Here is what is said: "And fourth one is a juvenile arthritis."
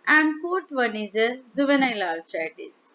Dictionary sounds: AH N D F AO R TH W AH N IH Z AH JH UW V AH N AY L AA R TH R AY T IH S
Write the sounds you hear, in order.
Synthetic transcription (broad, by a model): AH N D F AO R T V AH N IH Z AH Z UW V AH N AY L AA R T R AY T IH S